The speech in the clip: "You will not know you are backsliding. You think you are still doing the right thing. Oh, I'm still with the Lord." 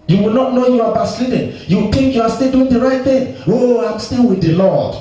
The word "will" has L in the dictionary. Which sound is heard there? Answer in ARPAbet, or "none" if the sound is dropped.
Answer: L